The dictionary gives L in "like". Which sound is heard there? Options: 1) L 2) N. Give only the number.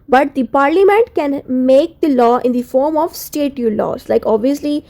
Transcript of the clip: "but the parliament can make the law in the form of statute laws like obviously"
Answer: 1